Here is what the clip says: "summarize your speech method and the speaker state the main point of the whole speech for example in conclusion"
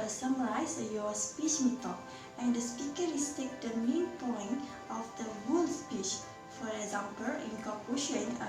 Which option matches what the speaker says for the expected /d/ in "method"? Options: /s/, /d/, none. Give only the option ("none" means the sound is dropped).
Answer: none